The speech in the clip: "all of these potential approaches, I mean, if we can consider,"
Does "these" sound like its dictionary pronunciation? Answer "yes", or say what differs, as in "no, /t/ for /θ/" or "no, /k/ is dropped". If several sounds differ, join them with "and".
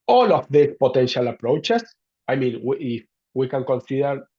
no, /s/ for /z/